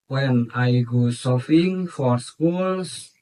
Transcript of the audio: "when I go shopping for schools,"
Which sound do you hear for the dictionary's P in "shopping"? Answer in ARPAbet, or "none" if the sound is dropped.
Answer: F